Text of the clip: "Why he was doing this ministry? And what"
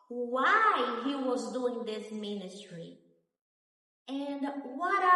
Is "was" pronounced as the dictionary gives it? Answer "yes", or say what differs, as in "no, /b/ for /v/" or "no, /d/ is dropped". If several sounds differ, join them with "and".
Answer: yes